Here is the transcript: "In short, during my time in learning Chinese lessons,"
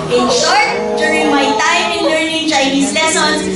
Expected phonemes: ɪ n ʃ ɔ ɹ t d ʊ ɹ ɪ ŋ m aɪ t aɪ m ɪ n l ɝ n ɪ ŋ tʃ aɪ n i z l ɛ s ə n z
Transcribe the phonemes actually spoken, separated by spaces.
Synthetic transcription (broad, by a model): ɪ n ʃ ɔ ɹ t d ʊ ɹ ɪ ŋ m aɪ t aɪ m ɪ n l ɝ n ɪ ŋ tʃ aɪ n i s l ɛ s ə n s